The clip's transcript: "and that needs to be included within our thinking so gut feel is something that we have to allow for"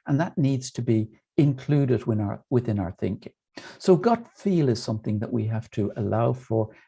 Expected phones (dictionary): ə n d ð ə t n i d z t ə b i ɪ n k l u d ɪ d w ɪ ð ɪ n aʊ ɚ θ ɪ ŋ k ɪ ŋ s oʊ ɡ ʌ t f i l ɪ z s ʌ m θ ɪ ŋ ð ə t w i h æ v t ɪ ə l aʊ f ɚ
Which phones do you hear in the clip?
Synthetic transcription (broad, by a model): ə n ð ə t n i d z t ə b i ɪ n k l u d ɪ d w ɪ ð ɪ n aʊ ɚ θ ɪ ŋ k ɪ ŋ s oʊ ɡ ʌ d f i l ɪ z s ʌ m θ ɪ ŋ ð ə t w i h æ f t ɪ ə l aʊ f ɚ